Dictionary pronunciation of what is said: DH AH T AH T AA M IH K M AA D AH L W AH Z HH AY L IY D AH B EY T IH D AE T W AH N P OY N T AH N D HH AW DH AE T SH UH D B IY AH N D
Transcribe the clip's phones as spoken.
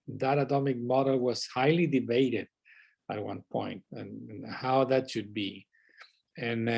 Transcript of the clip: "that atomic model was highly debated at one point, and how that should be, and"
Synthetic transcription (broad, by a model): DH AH T AH T AA M IH K M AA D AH L W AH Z HH AY L IY D AH B EY T IH D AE T W AH N P OY N T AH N HH AW DH AE T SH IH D B IY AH N